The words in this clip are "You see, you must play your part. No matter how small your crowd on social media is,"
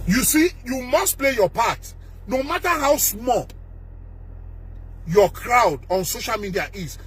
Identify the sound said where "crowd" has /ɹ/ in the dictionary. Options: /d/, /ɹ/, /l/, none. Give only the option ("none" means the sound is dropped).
/ɹ/